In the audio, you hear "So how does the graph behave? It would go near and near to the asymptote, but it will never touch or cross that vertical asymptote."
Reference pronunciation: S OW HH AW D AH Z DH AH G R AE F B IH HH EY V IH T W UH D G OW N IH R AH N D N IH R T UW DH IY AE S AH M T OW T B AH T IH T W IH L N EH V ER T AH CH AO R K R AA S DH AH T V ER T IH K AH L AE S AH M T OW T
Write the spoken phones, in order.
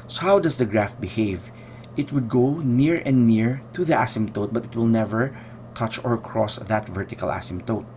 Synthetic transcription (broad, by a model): S OW HH AW D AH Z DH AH G R AE F B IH HH EY V IH T W UH D G OW N IH R AH N D N IH R T UW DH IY AE S AH M T OW T B AH T IH T W IH L N EH V ER T AH CH AO R K R AA S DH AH T V ER T IH K AH L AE S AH M T OW T